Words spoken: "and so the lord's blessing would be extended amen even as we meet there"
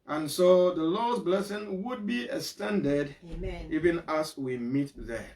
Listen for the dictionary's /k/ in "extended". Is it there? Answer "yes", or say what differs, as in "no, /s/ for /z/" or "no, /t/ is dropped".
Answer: no, /k/ is dropped